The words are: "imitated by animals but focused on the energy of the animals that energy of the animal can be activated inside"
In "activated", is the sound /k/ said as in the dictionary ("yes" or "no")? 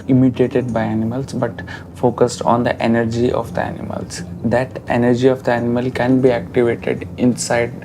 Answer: yes